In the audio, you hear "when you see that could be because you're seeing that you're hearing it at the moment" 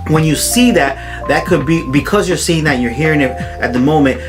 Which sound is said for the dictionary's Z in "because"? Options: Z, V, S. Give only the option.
Z